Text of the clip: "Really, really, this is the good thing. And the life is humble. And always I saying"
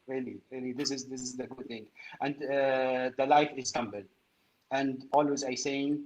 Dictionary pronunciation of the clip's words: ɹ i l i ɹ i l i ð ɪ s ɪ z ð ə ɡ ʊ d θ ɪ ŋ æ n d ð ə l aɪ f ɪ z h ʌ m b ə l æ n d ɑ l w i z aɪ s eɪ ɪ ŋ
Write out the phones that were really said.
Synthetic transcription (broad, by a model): ɹ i l i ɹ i l i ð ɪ s ɪ z ð ə ɡ ʊ d θ ɪ ŋ æ n d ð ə l aɪ f ɪ z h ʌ m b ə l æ n d ɑ l w i z aɪ s eɪ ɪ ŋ